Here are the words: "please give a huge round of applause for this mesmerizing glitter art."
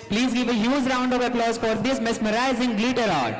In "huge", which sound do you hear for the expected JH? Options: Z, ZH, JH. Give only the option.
Z